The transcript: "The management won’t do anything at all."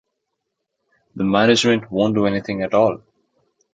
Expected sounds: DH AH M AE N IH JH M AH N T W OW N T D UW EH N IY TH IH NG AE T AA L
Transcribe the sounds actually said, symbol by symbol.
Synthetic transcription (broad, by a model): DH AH M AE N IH JH M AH N T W OW N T D UW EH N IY T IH NG AE T AA L